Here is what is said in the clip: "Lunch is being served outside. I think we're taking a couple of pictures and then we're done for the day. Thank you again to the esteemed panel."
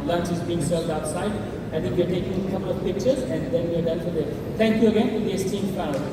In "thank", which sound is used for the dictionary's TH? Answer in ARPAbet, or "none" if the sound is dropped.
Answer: T